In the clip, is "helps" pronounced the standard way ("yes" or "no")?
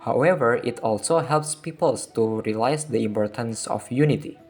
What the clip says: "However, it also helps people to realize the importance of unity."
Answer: yes